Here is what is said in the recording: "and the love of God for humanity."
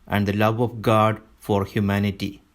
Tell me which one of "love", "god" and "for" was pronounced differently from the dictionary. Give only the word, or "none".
none